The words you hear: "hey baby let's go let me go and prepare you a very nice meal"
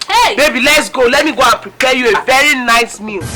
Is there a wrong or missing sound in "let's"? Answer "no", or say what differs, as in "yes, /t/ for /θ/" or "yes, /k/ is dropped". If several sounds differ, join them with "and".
no